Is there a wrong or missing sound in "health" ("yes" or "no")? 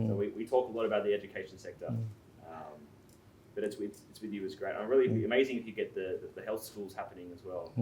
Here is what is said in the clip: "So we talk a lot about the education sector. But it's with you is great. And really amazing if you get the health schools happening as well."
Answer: no